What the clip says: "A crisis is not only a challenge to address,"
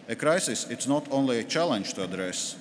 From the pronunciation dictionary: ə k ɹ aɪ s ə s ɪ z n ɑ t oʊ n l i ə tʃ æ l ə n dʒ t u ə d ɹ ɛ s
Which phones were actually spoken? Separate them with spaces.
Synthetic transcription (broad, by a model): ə k ɹ aɪ s ə s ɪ s n ɑ t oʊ n l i ə tʃ æ l ə n dʒ t u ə d ɹ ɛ s